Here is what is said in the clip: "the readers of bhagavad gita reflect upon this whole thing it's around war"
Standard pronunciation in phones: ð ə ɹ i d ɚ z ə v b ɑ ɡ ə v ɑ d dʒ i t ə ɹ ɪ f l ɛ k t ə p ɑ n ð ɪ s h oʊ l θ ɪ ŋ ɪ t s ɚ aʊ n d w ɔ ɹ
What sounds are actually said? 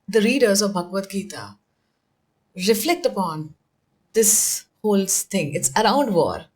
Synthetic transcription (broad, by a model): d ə ɹ i d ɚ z ə v b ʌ ɡ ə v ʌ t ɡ i t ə ɹ ɪ f l ɛ k t ə p ɑ n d ɪ s h oʊ l t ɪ ŋ ɪ t s ɚ aʊ n d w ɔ ɹ